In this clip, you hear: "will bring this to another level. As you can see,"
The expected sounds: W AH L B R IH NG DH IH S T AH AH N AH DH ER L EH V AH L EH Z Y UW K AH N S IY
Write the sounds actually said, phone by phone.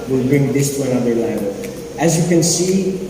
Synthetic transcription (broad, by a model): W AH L B R IH NG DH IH S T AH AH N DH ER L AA AH N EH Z Y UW K AH N S IY